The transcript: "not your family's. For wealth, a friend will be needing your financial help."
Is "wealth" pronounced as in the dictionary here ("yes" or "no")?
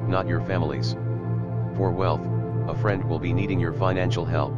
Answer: yes